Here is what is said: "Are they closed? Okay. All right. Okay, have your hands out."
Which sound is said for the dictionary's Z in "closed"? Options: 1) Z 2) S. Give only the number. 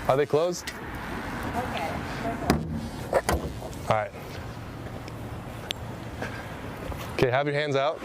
1